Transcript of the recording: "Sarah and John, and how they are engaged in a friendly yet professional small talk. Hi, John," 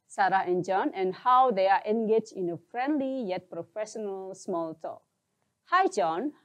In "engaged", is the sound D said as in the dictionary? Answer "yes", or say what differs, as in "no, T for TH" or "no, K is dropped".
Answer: no, D is dropped